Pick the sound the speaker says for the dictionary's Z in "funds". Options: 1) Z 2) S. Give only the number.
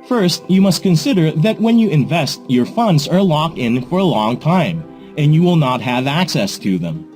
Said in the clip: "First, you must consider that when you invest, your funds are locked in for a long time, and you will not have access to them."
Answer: 1